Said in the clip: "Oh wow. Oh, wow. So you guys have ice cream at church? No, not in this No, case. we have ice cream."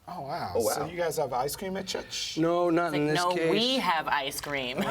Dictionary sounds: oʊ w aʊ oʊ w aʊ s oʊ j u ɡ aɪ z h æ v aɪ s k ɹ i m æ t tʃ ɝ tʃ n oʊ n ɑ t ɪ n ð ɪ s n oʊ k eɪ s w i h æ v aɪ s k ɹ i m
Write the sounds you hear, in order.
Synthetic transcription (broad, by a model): oʊ w aʊ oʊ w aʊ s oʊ j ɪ ɡ aɪ z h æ v aɪ s k ɹ i m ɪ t tʃ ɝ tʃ n oʊ n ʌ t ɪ n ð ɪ n oʊ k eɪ w i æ v aɪ s k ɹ i m